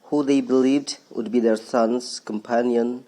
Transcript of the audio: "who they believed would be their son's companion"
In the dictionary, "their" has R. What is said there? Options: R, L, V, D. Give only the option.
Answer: R